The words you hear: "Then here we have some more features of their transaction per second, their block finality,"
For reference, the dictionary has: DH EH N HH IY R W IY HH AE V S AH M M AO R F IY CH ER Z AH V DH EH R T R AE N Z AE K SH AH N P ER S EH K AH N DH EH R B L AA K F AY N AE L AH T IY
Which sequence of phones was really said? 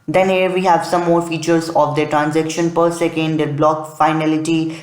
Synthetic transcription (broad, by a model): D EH N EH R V IY HH AE V S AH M M AO R F IY CH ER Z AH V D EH T R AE N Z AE K SH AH N P ER S EH K AH N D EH B L AA K F AY N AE L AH T IY